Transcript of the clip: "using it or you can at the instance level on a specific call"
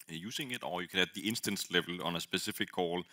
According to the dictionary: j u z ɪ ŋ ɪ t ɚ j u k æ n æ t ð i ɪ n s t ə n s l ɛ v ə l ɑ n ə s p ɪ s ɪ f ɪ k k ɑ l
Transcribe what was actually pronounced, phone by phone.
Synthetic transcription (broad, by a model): j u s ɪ ŋ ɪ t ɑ j u k æ n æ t ð i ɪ n s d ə n s l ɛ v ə l ɑ n ə s b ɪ s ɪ f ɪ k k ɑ l